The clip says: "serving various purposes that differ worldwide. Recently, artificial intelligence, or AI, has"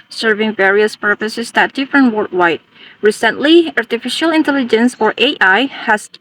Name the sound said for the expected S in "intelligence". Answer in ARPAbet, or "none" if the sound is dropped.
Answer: S